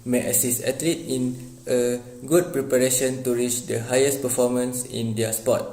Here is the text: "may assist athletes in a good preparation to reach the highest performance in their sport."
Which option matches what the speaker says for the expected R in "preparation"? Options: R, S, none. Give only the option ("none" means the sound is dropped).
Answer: R